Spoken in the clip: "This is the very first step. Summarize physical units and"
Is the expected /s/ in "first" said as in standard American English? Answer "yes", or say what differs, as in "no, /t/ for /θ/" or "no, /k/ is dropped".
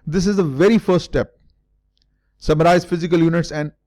yes